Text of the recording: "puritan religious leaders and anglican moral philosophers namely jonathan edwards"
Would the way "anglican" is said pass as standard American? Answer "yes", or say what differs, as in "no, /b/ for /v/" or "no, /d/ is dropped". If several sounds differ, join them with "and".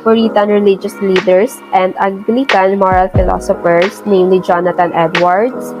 no, /ŋ/ is dropped